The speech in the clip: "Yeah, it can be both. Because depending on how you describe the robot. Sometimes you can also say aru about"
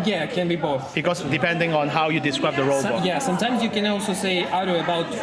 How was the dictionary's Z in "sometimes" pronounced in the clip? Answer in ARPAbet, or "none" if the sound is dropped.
Z